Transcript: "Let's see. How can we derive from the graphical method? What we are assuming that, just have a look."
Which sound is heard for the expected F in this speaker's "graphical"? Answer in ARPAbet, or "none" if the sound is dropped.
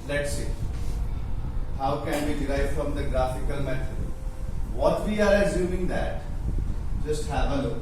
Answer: F